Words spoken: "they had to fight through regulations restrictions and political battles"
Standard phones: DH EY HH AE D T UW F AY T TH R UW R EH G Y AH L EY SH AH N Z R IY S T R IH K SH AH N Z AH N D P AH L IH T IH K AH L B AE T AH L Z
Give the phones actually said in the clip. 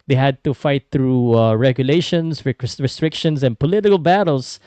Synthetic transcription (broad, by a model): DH EY HH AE D T UW F AY T TH R UW R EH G Y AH L EY SH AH N S R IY S T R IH K SH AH N S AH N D P AH L IH T IH K AH L B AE T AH L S